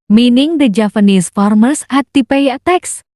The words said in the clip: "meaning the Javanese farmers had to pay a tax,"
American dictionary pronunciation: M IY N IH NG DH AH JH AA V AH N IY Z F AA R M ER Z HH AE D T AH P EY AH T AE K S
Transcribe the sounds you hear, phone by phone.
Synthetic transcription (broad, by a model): M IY N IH NG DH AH JH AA P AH N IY S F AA R M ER S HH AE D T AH P EY AH T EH K S